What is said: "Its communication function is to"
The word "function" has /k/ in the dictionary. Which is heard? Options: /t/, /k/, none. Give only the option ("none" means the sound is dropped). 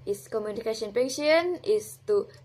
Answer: none